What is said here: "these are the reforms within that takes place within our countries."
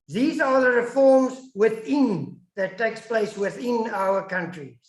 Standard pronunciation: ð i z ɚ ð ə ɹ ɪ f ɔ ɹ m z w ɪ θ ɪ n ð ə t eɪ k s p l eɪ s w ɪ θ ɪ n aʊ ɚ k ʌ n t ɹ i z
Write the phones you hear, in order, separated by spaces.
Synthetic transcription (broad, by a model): ð i z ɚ ð ə ɹ ɪ f ɔ ɹ m z w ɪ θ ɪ n ð ə t eɪ k s p l eɪ s w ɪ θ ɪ n aʊ ɚ k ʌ n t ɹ i